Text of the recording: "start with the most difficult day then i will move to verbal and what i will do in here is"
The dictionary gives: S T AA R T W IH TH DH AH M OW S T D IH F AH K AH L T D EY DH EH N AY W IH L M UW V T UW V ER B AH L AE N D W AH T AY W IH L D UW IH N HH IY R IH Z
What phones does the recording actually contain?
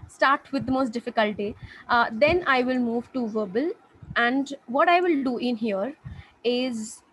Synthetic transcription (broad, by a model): S T AA R T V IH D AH M OW S T D IH F AH K AH L T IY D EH N AY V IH L M UW V T UW V ER B AH L AE N D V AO T AY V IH L D UW IH N HH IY R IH Z